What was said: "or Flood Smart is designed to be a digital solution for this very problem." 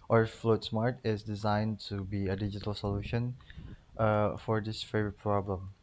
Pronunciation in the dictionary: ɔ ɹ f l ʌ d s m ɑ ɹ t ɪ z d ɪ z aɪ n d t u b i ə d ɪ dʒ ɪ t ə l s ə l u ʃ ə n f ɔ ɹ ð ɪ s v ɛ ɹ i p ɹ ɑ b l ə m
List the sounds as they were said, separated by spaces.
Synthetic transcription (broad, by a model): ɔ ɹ f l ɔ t s m ɑ ɹ t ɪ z d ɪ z aɪ n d t u b i ə d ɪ dʒ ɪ t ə l s ə l u ʃ ə n f ɔ ɹ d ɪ s f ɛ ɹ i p ɹ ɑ b l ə m